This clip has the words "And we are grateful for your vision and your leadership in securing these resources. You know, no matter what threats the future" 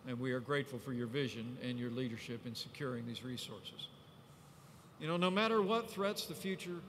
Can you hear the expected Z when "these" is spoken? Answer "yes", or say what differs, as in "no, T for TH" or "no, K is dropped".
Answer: yes